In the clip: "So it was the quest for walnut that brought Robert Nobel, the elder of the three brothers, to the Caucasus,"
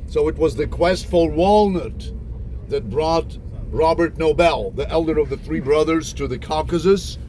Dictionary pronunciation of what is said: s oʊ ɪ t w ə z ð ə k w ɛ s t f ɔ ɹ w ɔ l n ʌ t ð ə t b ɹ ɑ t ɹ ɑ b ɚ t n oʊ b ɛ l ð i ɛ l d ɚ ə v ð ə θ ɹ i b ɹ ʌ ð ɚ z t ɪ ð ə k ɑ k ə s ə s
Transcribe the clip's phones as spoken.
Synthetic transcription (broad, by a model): s oʊ ɪ t w ə z ð ə k w ɛ s t f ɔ l w ɔ l n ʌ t ð ə t b ɹ ɑ t ɹ ɑ b ɚ t n oʊ b ɛ l ð i ɛ l d ɚ ə v ð ə θ ɹ i b ɹ ʌ ð ɚ z t ɪ ð ə k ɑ k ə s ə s